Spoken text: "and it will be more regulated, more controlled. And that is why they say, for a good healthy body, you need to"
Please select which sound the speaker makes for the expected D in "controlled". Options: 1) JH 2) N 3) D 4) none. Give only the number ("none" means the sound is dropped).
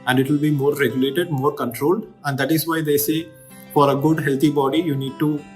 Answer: 3